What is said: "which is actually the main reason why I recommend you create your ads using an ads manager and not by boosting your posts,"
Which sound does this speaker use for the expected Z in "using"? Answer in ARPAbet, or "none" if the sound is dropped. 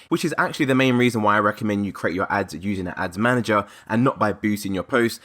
Z